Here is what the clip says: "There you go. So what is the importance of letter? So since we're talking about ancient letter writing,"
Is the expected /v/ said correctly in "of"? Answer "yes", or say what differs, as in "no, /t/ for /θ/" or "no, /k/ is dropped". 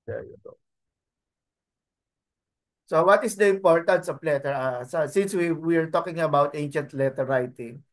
no, /p/ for /v/